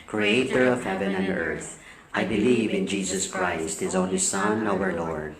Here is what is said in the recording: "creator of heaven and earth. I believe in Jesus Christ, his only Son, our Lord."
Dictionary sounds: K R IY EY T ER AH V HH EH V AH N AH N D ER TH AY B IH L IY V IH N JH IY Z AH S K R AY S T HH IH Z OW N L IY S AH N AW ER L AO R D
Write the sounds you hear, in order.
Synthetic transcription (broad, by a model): K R IY EY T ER AH V HH EH V AH N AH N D ER TH AY B IH L IY V IH N JH IY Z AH S K R AY S T HH IH Z OW N L IY S AH N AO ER L AO R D